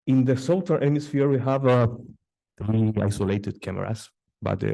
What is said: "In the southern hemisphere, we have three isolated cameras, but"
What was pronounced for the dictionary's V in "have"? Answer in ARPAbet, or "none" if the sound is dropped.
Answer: V